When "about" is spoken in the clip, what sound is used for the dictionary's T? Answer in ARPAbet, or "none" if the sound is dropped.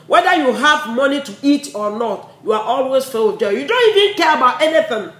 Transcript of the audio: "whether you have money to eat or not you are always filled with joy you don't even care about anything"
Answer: T